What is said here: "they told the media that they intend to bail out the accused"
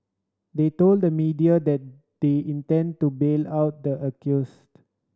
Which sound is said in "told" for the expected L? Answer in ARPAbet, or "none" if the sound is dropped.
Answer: L